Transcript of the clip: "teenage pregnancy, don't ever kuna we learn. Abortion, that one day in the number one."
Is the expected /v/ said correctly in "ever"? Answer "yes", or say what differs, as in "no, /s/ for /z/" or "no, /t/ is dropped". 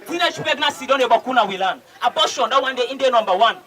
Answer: no, /b/ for /v/